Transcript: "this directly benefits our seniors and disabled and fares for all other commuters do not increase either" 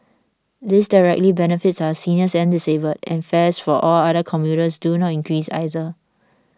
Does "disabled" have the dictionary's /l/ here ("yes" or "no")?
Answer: no